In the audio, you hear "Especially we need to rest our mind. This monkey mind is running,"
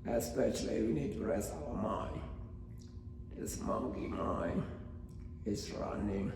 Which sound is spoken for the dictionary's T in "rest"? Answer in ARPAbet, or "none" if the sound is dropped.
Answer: none